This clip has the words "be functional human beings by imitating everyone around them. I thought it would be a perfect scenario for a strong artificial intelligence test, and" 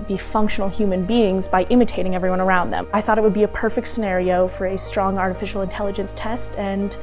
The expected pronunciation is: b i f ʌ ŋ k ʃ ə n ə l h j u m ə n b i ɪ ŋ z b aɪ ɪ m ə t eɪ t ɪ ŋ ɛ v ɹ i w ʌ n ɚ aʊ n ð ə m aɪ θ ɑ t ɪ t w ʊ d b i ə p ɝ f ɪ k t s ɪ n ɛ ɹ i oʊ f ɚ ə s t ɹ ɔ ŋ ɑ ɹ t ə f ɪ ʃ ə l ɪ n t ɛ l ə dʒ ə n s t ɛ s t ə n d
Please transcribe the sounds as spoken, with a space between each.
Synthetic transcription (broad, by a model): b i f ʌ ŋ k ʃ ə n l h j u m ə n b i ɪ ŋ z b aɪ ɪ m ə t eɪ t ɪ ŋ ɛ v ɹ i w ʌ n ɚ aʊ n ð ə m aɪ θ ɑ t ɪ t w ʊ d b i ə p ɝ f ɪ k t s ɪ n ɛ ɹ i oʊ f ɚ ə s t ɹ ɔ ŋ ɑ ɹ t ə f ɪ ʃ l ɪ n t ɛ l ə dʒ ə n s t ɛ s t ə n